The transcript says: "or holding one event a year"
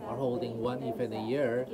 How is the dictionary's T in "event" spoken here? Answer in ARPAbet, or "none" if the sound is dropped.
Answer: none